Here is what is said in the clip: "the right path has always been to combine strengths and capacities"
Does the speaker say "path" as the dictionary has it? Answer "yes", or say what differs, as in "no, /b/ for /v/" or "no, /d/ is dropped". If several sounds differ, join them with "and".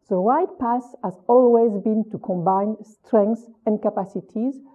no, /s/ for /θ/